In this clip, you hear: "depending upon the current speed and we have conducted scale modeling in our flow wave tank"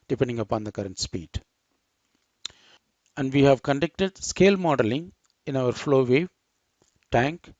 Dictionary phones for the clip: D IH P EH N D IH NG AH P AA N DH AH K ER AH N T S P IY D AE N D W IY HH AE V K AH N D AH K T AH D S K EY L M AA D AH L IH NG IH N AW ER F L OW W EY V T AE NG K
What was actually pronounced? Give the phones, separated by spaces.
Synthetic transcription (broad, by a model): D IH P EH N D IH NG AH P AA N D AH K ER AH N T S P IY D AE N D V IY HH AE V K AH N D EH K T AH D S K EY L M AA D AH L IH NG IH N AW ER F L OW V EY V T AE NG K